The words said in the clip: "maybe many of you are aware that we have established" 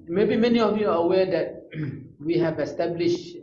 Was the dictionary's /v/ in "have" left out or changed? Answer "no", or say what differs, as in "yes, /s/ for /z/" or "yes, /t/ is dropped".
no